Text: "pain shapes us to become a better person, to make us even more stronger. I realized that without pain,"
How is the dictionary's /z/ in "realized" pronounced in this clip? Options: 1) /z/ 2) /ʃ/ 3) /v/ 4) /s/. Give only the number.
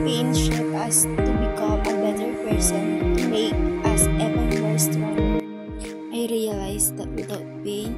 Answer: 4